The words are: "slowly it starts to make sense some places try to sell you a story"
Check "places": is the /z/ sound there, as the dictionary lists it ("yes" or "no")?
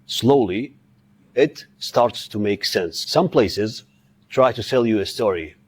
yes